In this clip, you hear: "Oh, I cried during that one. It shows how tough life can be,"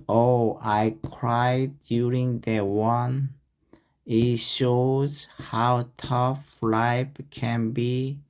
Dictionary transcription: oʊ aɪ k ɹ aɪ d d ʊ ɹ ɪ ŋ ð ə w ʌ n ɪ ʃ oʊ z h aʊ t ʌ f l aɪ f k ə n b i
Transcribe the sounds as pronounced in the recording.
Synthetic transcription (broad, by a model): oʊ aɪ k ɹ aɪ d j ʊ ɹ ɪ ŋ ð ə w ʌ n ɪ ʃ oʊ z h aʊ t ʌ f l aɪ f k ə n b i